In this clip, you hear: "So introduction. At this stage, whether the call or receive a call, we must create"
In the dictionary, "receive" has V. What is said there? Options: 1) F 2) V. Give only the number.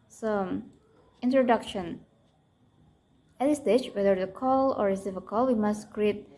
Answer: 1